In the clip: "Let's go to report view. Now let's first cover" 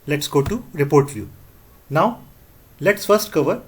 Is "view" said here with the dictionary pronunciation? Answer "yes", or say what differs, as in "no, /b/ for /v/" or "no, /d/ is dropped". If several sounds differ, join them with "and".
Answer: no, /f/ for /v/